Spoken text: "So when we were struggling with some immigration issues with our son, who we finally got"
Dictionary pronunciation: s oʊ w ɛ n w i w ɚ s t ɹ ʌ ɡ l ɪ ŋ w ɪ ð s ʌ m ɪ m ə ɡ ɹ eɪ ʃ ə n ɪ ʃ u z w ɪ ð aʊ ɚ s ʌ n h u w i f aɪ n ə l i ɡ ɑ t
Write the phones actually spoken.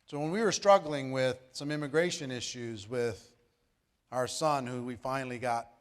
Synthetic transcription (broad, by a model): s oʊ w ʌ n w i w ɚ s t ɹ ʌ ɡ l ɪ ŋ w ɪ ð s ʌ m ɪ m ə ɡ ɹ eɪ ʃ ə n ɪ ʃ u z w ɪ ð aʊ ɚ s ʌ n h u w i f aɪ n l i ɡ ɑ t